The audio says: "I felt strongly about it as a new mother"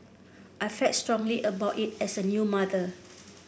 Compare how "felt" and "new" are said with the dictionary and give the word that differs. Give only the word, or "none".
felt